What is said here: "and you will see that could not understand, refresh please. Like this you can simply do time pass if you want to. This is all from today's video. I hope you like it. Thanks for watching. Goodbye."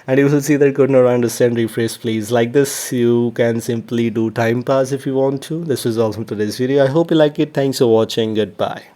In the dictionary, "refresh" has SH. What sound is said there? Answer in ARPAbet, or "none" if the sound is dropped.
S